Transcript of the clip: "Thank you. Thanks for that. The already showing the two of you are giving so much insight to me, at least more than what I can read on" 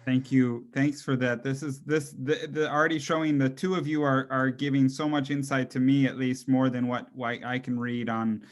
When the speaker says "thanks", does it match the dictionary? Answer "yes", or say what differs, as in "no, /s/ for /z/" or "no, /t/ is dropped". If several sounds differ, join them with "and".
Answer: yes